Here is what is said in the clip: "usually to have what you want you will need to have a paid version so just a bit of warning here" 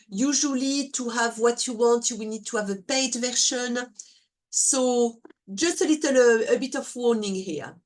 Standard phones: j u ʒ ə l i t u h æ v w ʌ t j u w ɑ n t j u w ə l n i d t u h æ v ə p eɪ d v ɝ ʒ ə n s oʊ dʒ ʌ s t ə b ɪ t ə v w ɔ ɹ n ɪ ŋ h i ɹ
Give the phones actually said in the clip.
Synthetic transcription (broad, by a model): j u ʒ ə l i t u h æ v w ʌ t j u w ɑ n t j u w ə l n i d t u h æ v ə p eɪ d v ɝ ʃ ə n s oʊ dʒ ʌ s t ə b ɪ t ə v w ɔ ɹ n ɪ ŋ h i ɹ